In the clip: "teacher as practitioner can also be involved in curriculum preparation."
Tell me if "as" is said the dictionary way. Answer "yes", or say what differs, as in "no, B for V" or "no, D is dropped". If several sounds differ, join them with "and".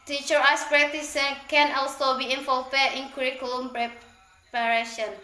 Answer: no, S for Z